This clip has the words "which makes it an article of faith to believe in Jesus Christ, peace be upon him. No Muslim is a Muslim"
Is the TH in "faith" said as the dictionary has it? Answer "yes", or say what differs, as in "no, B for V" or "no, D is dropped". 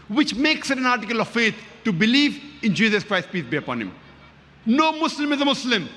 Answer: no, T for TH